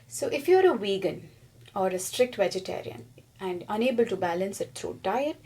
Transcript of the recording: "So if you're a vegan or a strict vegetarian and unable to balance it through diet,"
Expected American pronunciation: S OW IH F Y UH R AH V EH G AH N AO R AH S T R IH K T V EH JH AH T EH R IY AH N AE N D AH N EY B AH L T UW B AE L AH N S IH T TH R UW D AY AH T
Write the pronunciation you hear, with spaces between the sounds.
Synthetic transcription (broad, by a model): S OW IH F Y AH R AH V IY G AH N AO R AH S T R IH K T V EH JH AH T EH R IY AH N AE N D AH N EY B AH L T UW B AE L AH N S IH T T R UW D AY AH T